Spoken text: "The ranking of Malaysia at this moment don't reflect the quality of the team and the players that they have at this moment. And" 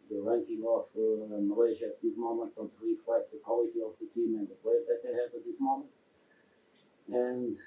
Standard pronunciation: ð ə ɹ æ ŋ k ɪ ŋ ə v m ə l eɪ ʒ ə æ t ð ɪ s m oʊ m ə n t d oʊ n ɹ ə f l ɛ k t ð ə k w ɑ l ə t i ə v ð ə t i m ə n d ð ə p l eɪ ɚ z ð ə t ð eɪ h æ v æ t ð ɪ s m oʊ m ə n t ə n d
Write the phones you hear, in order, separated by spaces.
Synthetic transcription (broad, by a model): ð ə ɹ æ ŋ k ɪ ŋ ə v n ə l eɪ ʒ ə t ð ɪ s m oʊ m ə n t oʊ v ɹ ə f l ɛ t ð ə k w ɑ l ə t i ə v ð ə t i m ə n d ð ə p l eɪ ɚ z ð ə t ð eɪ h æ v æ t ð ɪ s m oʊ m ə n t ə n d